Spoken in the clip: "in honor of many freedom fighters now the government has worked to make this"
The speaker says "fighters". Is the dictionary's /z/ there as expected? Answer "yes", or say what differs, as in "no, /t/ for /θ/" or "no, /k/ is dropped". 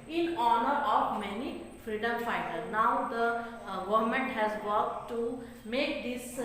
no, /z/ is dropped